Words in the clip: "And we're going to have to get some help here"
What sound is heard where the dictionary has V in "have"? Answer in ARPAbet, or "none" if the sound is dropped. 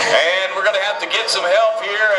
F